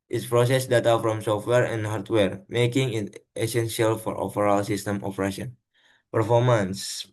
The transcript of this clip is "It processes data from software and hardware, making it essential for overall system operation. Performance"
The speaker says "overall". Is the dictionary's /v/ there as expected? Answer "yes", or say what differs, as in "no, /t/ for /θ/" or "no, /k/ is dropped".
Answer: no, /p/ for /v/